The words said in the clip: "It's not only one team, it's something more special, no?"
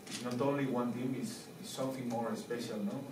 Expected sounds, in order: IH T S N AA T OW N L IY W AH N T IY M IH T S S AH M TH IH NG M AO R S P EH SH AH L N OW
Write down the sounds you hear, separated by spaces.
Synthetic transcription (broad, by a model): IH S N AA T OW N L IY W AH N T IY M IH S S AH M TH IH NG M AO R S P EH SH AH L N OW